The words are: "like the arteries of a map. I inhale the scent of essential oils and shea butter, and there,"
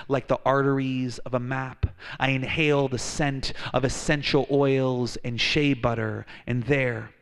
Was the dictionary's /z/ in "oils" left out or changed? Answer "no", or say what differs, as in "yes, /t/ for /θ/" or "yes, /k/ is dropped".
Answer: no